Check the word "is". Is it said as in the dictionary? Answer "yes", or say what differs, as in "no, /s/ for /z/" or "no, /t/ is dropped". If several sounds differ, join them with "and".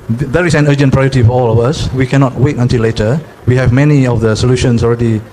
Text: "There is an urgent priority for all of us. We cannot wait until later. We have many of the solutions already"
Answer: no, /s/ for /z/